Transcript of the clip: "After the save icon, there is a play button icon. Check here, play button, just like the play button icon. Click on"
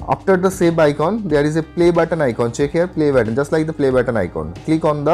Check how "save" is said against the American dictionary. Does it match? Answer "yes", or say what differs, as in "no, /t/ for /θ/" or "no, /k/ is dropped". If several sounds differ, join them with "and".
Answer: no, /b/ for /v/